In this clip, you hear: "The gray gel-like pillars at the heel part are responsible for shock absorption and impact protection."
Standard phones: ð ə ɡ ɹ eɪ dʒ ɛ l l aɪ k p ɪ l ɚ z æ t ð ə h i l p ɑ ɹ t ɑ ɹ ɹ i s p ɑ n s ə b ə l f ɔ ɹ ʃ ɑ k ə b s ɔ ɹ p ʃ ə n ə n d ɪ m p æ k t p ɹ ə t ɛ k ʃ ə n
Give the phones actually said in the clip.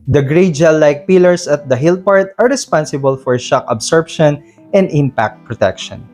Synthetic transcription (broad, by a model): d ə ɡ ɹ eɪ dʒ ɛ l l aɪ k p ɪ l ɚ s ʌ t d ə h i l p ɑ ɹ t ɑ ɹ ɹ i s p ɑ n s ə b ə l f ɔ ɹ ʃ ɑ k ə b s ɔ ɹ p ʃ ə n ə n d ɪ m p æ k t p ɹ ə t ɛ k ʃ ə n